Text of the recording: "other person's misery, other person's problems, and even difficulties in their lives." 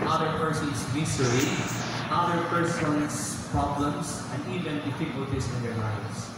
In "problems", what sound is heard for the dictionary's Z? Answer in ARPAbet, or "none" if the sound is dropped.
S